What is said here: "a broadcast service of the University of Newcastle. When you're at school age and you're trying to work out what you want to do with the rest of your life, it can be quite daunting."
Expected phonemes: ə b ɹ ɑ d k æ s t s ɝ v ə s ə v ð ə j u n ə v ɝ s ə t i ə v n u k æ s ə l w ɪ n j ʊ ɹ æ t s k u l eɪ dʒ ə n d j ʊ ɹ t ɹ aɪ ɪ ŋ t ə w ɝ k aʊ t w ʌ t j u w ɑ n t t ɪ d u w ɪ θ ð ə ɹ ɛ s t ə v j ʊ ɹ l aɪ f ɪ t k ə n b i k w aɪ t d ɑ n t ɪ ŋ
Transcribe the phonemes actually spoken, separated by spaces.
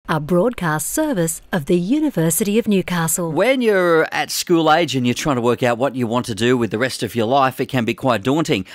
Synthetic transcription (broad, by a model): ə b ɹ ɑ d k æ s t s ɝ v ə s ə v ð ə j u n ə v ɝ s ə t i ə v n u k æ s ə l w ɪ n j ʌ ɹ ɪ t s k u l eɪ dʒ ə n j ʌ ɹ t ɹ aɪ ɪ ŋ t ə w ɝ k aʊ t w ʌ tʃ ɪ w ɑ n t t ɪ d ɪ w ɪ ð ə ɹ ɛ s t ə v j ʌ ɹ l aɪ f ɪ t k ə n b i k w aɪ t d ɑ n t ɪ ŋ